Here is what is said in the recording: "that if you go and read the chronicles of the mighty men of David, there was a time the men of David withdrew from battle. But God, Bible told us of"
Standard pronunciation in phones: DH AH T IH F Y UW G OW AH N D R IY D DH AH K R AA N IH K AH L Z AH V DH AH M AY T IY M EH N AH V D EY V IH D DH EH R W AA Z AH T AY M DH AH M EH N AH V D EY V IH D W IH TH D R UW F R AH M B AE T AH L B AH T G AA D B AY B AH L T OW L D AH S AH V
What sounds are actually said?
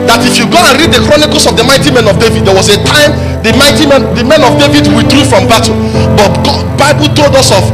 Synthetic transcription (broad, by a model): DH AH T IH F Y UW G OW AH N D R IY D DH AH K R AA N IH K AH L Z AH V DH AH M AY T IY M EH N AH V D EY V IH D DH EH W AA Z AH T AY M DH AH M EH N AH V D EY V IH D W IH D R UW F R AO M B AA T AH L B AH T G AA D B AY B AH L T OW L D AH S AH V